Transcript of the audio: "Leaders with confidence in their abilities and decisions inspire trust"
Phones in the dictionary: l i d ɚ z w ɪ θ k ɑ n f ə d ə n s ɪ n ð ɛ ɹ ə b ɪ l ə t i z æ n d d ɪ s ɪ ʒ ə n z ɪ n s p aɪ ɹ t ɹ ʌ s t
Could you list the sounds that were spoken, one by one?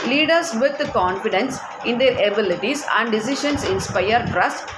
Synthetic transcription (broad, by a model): l i d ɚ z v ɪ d k ɑ n f ə d ə n s ɪ n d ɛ ɹ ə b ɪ l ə t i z æ n d d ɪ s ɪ ʃ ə n s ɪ n s p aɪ ɹ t ɹ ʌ s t